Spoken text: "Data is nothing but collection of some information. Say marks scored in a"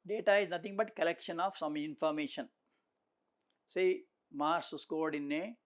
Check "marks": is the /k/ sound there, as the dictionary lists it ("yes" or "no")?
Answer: no